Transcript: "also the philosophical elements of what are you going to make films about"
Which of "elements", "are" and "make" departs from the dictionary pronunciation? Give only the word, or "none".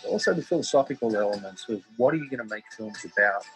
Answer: none